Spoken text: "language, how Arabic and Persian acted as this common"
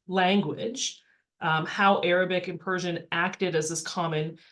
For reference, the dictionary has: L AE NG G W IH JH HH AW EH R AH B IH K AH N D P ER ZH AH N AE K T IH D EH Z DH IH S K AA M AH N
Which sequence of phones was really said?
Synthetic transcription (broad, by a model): L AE NG G W IH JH HH AW EH R AH B IH K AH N P ER ZH AH N AE K T IH D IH Z DH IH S K AA M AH N